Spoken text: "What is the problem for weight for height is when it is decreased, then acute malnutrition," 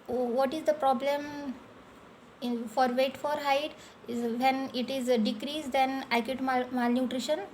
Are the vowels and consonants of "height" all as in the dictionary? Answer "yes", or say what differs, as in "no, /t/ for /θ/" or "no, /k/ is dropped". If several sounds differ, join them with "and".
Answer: no, /t/ is dropped